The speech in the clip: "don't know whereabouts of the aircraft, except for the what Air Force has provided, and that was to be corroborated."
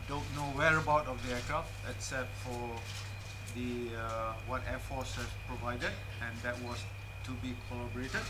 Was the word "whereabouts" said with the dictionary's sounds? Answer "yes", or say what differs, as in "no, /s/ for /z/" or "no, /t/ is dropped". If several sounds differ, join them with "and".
no, /s/ is dropped